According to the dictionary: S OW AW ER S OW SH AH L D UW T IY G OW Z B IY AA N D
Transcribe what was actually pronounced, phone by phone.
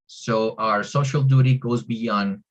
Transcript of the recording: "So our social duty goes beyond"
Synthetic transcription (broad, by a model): S OW AW ER S OW SH AH L D UW T IY G OW Z B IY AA N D